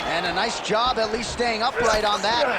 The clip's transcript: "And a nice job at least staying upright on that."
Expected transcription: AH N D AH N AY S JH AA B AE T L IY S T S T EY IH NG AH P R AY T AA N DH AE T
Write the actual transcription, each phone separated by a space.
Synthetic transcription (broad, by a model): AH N AH N AY S JH AA B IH T L IY S T S T EY IH NG AH P R AY T N DH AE T